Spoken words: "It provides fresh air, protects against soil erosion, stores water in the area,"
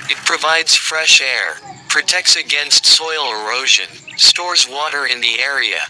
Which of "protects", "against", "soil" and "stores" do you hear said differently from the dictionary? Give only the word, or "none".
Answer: none